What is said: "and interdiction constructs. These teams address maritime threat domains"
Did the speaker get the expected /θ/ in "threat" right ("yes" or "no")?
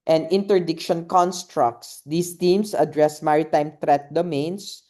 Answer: no